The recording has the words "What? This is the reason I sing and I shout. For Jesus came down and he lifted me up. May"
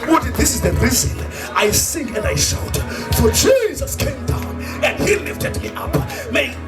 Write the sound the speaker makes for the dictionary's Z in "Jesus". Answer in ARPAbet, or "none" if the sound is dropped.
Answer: Z